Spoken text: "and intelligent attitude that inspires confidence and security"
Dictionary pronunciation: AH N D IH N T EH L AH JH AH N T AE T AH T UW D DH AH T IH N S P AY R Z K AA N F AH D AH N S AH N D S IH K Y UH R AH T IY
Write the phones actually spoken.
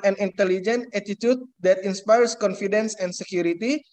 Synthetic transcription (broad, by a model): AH N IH N T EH L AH JH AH N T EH T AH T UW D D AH T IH N S P AY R S K AA N F AH D AH N S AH N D S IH K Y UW R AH T IY